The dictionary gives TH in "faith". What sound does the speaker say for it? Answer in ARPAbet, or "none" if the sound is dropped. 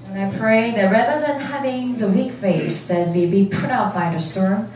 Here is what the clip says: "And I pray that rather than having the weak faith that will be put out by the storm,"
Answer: S